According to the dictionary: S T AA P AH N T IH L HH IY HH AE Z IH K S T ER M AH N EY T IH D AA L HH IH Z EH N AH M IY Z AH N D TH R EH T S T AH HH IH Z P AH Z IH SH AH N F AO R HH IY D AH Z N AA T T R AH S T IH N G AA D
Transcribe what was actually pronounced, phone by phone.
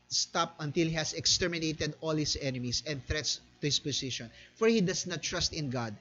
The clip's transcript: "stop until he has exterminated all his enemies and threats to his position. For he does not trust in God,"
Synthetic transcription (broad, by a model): S T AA P AH N T IH L HH IY HH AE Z IH K S T ER M AH N EY T IH D AA L HH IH S EH N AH M IY S AH N D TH R EH T S T AH HH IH S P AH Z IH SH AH N F AO R HH IY D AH S N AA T T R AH S T IH N G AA D